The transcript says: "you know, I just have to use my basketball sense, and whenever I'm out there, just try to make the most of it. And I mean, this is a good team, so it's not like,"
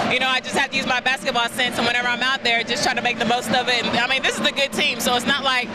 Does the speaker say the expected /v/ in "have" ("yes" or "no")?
no